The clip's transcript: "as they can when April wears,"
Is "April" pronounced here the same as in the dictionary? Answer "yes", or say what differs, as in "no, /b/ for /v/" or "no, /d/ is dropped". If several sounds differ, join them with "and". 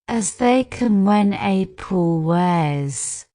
no, /ɹ/ is dropped